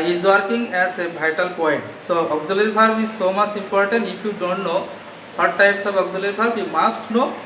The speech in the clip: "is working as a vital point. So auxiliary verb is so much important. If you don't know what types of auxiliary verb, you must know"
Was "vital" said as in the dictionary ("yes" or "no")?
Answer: no